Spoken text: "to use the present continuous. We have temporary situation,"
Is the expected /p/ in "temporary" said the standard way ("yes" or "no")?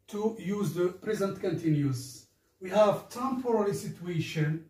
no